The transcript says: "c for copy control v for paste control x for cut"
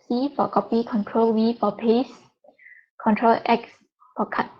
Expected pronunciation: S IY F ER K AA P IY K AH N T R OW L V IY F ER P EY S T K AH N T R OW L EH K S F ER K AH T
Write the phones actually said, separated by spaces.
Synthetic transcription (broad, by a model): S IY F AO K AA P IY K AH N T R OW L W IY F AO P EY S K AH N T R OW L EH K S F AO K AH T